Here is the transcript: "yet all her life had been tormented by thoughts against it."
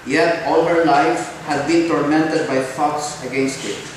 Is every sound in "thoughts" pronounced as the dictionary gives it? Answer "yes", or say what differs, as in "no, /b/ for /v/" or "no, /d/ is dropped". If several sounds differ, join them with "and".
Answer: no, /f/ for /θ/